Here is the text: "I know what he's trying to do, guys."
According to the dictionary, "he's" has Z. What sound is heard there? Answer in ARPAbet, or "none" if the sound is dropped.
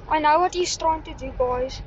S